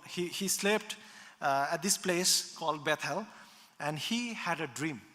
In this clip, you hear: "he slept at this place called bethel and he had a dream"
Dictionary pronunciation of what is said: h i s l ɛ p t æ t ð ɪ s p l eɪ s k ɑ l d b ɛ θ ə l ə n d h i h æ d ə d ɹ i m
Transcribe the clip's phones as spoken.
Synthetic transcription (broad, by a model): h i s l ɛ p t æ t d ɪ s p l eɪ s k ɑ l d b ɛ t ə l ə n d h i h æ d ə d ɹ i m